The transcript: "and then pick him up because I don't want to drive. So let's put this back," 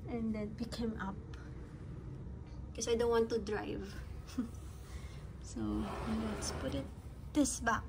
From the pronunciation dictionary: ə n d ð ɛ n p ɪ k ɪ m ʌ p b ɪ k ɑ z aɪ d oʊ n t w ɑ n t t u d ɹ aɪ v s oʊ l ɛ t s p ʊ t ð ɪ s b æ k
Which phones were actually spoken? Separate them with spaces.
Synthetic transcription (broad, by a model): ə n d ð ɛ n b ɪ k ɪ m ʌ p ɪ k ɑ s aɪ d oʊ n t w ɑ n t t u d ɹ aɪ v s oʊ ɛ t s p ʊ t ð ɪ s b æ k